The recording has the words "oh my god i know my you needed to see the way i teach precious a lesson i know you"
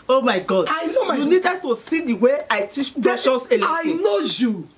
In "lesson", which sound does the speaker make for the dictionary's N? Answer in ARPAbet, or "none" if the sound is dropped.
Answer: none